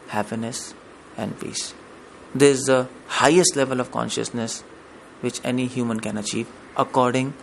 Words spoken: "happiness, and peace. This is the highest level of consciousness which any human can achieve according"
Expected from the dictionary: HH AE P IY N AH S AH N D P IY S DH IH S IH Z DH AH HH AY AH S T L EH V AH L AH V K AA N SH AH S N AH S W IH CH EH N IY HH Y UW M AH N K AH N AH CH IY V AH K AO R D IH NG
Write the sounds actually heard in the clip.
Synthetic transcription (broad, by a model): HH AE P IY N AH S AH N D P IY S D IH IH Z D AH HH AY AH S T L EH V AH L AH V K AA N SH AH S N AH S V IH CH EH N IY HH Y UW M AH N K AH N AH CH IY V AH K AO R D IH NG